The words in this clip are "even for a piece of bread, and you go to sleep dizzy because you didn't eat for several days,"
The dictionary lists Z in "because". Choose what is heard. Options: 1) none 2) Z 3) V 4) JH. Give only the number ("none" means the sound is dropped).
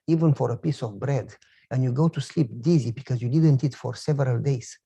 2